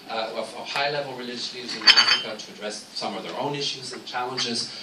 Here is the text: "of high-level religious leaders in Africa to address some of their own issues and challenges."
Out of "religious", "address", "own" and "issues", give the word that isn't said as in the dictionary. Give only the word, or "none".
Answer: none